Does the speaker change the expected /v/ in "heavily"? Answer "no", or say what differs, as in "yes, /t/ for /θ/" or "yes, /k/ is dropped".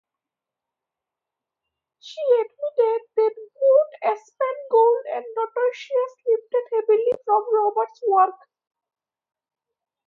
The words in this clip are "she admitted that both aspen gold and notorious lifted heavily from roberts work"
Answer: yes, /b/ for /v/